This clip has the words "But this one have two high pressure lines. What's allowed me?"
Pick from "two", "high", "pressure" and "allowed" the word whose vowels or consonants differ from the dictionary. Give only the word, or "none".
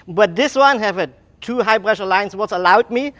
pressure